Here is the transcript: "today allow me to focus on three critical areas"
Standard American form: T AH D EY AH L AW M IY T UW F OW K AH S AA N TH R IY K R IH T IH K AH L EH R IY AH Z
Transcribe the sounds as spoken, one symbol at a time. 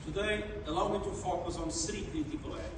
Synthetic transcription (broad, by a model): T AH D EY AH L AW M IY T UW F OW K AH S AA N S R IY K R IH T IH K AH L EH